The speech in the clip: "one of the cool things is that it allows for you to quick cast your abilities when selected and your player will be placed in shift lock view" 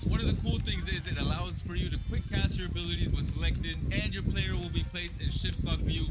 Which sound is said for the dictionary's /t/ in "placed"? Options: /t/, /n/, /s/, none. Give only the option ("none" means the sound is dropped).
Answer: /t/